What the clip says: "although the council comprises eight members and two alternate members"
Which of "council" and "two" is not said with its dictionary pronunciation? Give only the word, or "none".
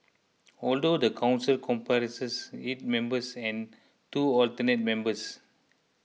none